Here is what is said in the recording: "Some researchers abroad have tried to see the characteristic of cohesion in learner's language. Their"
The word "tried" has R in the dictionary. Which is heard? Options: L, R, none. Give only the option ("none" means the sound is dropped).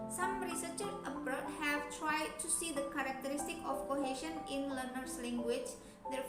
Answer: R